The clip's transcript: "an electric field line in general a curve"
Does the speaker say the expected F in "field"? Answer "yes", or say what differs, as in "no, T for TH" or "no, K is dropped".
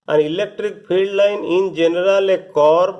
no, P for F